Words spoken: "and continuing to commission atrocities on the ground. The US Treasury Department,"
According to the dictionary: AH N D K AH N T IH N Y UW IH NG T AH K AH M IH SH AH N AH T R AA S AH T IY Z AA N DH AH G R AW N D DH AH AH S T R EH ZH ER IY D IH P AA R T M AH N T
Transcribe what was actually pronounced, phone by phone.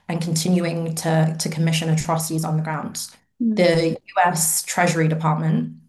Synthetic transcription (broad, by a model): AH N K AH N T IH N Y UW IH NG T AH K AH M IH SH AH N AH T R AA S AH T IY Z N DH AH G R AW N D DH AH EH S T R EH ZH ER IY D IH P AA T M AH N T